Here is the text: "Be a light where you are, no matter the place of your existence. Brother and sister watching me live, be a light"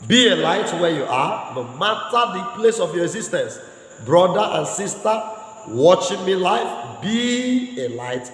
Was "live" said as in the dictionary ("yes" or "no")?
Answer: no